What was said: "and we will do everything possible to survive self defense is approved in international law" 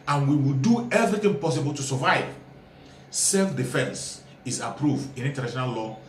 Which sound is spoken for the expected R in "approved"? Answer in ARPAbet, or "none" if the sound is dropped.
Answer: R